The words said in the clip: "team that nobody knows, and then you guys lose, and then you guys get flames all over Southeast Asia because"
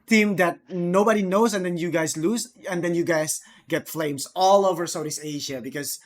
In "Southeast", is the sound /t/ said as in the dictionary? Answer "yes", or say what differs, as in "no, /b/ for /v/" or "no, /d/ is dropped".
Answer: no, /t/ is dropped